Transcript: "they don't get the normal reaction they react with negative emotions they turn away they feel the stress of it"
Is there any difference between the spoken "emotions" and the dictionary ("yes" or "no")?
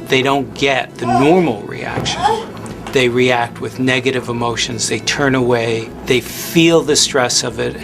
no